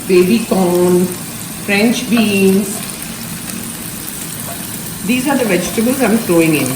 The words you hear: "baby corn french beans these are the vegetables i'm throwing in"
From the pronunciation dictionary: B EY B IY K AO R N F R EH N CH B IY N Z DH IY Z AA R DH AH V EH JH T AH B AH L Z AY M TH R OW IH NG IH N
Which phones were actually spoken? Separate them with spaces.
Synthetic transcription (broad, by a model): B EY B IY K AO N F R EH N CH B IY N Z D IY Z AA R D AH V EH JH T AH B AH L Z AY M F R OW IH NG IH N